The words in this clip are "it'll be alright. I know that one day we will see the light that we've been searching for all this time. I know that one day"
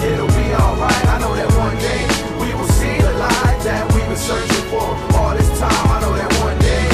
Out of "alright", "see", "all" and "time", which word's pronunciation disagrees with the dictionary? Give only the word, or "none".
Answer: none